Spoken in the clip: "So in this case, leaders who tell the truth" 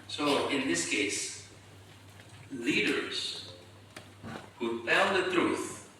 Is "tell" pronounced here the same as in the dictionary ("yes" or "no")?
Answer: no